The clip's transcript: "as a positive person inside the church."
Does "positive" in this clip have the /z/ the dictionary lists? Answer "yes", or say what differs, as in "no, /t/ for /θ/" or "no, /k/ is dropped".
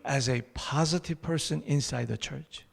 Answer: yes